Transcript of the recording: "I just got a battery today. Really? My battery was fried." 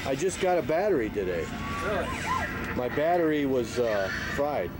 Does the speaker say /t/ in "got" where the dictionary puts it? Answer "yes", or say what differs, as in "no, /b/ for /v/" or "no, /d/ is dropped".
yes